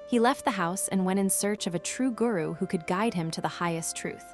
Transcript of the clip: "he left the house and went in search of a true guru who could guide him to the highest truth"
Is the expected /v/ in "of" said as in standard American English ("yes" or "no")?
yes